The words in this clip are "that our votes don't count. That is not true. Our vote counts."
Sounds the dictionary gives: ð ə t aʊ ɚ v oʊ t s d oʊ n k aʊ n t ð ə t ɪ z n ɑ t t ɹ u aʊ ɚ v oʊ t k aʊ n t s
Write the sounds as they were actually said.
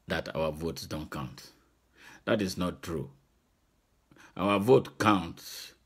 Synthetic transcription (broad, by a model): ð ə t aʊ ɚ v oʊ t s d oʊ n k aʊ n t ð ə t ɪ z n ɑ t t ɹ u aʊ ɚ v oʊ t k aʊ n t s